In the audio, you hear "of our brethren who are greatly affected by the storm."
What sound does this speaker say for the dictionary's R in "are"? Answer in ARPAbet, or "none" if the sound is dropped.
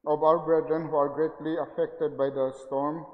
R